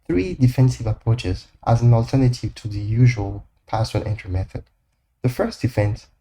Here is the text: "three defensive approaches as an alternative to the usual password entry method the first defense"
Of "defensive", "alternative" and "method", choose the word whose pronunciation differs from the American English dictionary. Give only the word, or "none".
none